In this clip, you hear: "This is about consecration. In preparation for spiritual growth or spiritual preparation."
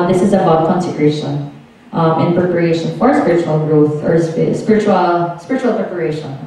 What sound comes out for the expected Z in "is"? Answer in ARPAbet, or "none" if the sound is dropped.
Z